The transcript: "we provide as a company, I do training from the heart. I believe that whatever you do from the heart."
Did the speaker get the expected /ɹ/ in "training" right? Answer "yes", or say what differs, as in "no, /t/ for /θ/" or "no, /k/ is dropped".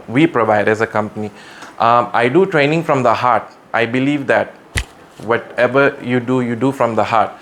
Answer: yes